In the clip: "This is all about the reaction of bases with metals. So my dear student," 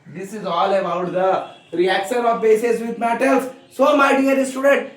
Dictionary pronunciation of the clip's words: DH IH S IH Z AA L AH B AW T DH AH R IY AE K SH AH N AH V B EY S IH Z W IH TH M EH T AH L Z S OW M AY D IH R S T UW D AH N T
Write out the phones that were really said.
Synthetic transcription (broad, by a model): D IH S IH Z AA L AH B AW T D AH R IY AE K SH AH N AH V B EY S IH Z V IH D M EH T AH L S OW M AY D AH R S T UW D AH N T